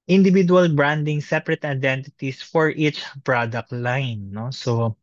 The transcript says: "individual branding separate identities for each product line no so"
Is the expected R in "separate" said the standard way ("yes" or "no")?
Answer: yes